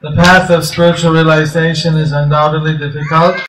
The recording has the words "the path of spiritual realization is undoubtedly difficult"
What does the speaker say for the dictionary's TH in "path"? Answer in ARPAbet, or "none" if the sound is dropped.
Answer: TH